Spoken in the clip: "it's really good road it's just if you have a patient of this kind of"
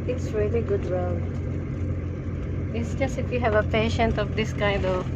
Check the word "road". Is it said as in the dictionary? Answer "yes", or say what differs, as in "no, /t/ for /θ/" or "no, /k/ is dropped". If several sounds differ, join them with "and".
no, /w/ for /ɹ/